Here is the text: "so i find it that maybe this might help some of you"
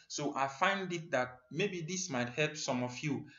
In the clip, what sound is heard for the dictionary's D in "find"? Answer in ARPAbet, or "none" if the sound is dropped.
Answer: D